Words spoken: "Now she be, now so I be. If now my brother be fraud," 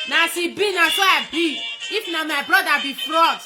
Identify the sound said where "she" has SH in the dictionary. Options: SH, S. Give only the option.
S